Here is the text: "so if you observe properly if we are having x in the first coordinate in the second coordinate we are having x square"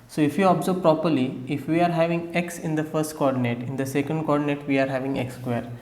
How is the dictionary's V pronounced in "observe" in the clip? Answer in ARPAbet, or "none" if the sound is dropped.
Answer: B